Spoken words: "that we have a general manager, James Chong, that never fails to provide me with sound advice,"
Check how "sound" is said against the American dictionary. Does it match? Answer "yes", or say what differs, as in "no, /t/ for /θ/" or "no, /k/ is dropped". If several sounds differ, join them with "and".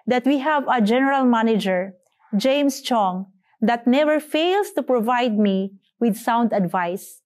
yes